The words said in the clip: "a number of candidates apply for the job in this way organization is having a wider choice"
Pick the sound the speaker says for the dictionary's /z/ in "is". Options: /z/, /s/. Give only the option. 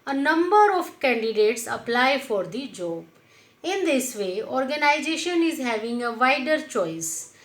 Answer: /z/